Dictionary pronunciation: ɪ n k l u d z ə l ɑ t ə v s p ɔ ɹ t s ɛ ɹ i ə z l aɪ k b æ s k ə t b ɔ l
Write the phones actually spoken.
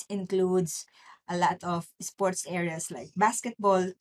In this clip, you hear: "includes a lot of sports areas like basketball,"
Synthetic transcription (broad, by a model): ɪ n k l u d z ə l ɑ t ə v s p ɔ ɹ t s ɛ ɹ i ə s l aɪ k b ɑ s k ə t b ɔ l